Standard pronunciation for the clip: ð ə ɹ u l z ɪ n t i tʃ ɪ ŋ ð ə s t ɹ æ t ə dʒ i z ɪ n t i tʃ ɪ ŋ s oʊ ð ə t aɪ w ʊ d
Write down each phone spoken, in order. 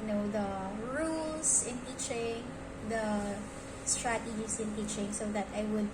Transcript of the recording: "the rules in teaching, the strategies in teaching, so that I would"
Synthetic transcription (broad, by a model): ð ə ɹ u l s ɪ n t i tʃ ɪ ŋ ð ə s t ɹ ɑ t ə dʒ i s ɪ n t i tʃ ɪ ŋ s oʊ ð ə t aɪ w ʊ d